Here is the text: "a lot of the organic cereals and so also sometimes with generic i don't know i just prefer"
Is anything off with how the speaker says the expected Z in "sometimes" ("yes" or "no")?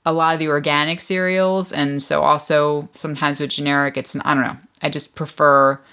no